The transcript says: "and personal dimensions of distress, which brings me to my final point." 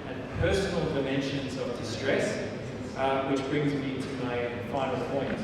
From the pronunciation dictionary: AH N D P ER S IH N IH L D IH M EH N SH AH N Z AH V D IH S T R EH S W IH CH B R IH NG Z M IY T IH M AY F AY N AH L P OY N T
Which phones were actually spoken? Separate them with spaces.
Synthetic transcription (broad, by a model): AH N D P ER S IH N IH L D IH M EH N SH AH N Z AH V D IH S T R EH S W IH CH B R IH NG Z M IY T IH M AY F AY N AH L P OY N T